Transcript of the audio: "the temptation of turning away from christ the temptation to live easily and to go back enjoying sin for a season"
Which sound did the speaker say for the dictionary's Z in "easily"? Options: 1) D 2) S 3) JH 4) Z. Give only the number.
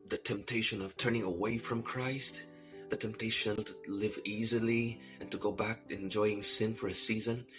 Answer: 4